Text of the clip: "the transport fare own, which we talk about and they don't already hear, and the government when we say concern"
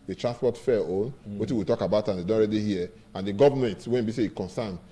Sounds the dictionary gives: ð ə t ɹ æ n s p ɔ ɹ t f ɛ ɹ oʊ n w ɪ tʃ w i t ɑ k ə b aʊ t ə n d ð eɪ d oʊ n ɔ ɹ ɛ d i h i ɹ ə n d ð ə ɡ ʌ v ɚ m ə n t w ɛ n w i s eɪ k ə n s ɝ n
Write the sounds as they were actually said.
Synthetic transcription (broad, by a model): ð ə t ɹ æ s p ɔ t f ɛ oʊ n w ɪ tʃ w i t ɑ k ə b aʊ t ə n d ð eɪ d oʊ ɔ ɹ ɛ d i h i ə n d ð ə ɡ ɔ v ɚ m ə n t w ɛ n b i s eɪ k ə n s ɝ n